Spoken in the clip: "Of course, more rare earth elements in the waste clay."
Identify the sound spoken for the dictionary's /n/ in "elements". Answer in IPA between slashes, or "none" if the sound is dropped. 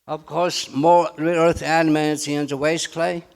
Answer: none